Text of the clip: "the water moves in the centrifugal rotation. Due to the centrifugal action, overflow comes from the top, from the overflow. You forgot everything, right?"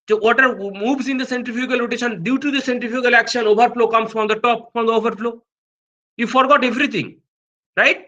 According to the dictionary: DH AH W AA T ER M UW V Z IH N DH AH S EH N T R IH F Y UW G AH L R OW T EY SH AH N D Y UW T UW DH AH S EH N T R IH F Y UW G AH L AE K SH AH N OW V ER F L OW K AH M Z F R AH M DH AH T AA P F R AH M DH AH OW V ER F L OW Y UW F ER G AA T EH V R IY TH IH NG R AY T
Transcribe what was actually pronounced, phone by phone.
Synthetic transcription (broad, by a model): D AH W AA T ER M UW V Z IH N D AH S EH N T IH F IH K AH L R OW T EY SH AH N D Y UW T UW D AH S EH N T IH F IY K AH L AE K SH AH N OW V ER F L OW K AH M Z F R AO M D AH T AA P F R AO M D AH OW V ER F L OW Y UW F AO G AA T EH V R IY T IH NG R AY T